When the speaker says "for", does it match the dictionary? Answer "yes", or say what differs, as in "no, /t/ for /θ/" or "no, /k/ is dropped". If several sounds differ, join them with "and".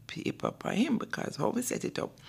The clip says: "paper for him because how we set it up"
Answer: no, /p/ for /f/